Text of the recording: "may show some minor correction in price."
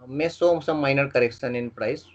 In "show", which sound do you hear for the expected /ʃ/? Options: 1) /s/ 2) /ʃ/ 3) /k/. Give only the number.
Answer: 1